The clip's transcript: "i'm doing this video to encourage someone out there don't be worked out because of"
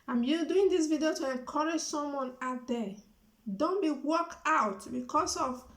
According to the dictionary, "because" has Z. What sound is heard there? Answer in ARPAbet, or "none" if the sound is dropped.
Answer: S